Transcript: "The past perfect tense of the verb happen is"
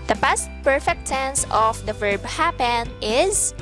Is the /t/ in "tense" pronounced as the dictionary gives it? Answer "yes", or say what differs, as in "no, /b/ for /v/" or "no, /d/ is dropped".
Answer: no, /s/ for /t/